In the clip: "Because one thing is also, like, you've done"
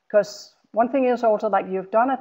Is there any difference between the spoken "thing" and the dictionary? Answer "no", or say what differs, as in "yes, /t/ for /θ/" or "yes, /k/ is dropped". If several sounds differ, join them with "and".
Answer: no